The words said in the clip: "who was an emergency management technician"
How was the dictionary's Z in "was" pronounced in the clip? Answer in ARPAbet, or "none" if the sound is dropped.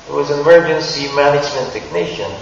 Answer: Z